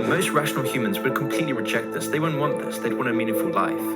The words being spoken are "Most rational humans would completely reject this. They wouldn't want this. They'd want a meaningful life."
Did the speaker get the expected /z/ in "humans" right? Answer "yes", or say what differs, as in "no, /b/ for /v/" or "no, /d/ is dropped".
yes